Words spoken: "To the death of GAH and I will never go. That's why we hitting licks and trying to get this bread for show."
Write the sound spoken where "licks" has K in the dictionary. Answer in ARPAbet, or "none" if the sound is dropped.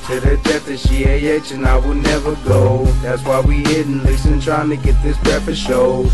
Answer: none